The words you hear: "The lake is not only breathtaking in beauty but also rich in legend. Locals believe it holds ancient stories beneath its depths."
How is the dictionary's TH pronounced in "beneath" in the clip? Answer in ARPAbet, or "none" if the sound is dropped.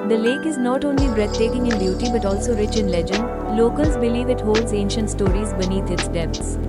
T